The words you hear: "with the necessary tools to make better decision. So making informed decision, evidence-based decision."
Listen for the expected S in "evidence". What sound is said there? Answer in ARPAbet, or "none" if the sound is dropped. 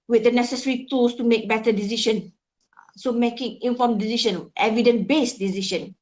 none